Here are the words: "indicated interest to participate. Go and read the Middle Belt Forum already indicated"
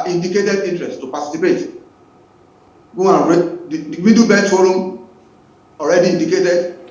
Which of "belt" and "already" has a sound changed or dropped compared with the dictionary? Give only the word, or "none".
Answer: belt